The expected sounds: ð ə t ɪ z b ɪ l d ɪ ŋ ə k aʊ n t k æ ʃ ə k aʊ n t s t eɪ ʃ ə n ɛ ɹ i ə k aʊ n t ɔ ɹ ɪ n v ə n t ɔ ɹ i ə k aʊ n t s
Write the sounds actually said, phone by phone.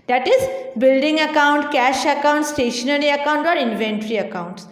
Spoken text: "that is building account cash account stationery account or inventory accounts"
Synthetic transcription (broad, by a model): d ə t ɪ z b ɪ l d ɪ ŋ ə k aʊ n t k æ ʃ ə k aʊ n t s t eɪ ʃ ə n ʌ ɹ i ə k aʊ n t ɔ ɹ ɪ n v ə n t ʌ ɹ i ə k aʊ n t s